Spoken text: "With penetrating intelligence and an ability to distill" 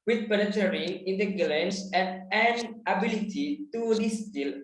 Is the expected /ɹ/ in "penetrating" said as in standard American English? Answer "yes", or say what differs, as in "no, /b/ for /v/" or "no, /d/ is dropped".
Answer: no, /ɹ/ is dropped